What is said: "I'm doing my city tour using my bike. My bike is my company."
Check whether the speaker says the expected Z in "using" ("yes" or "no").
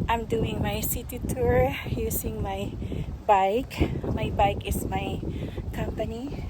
no